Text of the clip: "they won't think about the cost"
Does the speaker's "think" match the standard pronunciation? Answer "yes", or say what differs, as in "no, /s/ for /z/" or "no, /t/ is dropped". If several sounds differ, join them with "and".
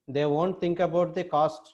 no, /t/ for /θ/